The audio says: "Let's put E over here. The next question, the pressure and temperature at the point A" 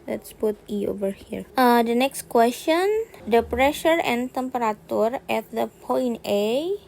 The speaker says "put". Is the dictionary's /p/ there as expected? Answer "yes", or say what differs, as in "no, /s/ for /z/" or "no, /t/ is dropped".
no, /b/ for /p/